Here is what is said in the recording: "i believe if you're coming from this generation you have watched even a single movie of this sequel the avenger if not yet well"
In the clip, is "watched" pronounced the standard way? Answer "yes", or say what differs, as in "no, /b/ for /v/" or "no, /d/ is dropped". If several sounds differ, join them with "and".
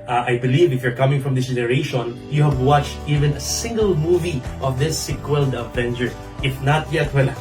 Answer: yes